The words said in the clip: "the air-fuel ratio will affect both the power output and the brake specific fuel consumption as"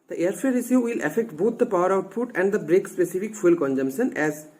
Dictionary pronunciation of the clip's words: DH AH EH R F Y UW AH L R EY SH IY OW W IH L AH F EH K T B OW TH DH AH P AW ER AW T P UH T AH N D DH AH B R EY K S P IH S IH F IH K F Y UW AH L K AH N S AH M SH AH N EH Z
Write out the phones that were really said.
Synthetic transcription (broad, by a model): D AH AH R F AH R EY S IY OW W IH L AH F EH K T B OW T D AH P AW ER AW T P UH T AH N D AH B R EY K S P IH S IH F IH K F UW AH L K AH N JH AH M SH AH N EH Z